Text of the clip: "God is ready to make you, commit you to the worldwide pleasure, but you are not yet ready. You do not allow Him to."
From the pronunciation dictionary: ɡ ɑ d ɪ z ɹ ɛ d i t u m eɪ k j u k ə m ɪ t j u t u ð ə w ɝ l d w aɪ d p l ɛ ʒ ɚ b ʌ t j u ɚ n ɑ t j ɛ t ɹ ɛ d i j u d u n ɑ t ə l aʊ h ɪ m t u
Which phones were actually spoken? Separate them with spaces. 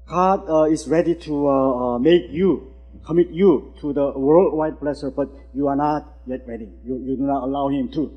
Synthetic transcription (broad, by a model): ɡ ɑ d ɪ s ɹ ɛ d i t u m eɪ k j u k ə m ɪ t j u t u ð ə w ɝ l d w aɪ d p l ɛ s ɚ b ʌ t j u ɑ n ɑ t j ɛ t ɹ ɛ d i j u d u n ɑ t ə l aʊ h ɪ m t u